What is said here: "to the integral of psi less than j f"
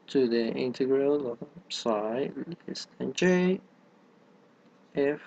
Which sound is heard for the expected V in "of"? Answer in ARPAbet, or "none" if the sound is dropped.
B